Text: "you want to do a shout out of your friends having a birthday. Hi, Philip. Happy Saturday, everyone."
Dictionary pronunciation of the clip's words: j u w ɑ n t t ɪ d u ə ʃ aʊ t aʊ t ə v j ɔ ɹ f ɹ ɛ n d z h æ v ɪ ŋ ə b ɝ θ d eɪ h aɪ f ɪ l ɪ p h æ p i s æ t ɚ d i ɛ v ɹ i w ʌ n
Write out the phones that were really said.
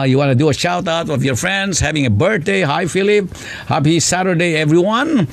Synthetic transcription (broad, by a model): j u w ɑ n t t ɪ d u ə ʃ aʊ t aʊ t ə v j ɔ ɹ f ɹ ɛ n d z h æ v ɪ ŋ ə b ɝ t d eɪ h aɪ f ɪ l ɪ p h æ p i s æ t ɚ d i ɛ v ɹ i w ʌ n